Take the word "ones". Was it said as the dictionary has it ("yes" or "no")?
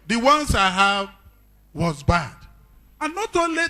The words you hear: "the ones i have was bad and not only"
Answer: no